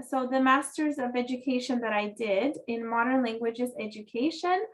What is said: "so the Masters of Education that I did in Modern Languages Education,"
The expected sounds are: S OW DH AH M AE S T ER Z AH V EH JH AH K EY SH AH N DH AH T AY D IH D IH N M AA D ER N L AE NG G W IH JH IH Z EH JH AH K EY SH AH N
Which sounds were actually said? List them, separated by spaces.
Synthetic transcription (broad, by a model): S OW DH AH M AE S T ER Z AH V EH JH AH K EY SH AH N DH AH T AY D IH D IH N M AA D ER N L AE NG G W IH JH IH Z EH JH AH K EY SH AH N